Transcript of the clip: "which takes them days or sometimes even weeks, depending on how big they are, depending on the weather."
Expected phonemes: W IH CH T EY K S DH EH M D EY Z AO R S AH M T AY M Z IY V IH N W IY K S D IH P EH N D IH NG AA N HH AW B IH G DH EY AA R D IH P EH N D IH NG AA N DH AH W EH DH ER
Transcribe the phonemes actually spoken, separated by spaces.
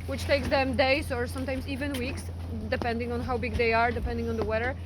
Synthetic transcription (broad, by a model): W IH CH T EY K S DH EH M D EY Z AO R S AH M T AY M S IY V IH N W IY K S D IH P EH N D IH NG AA N HH AW B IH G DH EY AA R D IH P EH N D IH NG AA N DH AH W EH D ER